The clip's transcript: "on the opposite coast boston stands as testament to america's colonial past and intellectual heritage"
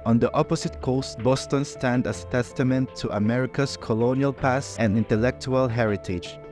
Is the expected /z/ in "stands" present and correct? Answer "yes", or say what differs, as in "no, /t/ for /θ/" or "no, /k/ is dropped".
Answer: no, /z/ is dropped